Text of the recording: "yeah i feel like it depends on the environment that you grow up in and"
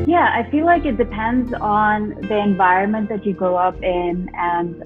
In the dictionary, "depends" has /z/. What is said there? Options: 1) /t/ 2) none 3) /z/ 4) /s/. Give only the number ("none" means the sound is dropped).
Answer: 3